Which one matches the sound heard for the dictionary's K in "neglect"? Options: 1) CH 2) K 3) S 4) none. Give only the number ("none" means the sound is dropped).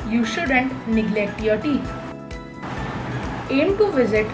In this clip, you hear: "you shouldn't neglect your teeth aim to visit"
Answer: 2